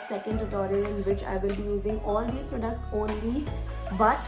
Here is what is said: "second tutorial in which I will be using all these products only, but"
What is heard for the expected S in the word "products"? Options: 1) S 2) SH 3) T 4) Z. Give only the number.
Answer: 1